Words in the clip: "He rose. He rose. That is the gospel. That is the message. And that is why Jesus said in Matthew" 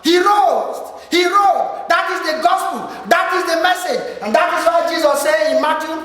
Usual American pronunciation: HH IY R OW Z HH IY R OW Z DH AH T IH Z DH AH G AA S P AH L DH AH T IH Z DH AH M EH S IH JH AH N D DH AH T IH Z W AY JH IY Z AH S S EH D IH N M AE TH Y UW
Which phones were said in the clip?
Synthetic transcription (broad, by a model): HH IY R OW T HH IY R OW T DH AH T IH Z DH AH G AA S P AH L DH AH T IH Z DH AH M EH S IH JH AH N D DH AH T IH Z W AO JH IY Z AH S S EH IH N M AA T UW